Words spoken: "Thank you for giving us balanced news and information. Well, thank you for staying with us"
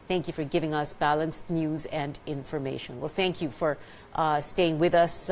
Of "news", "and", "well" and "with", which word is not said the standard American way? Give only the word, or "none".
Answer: none